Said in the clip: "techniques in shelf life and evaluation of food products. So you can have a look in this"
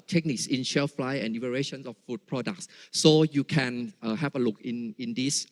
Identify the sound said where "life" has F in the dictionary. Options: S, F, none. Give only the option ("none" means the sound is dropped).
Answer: none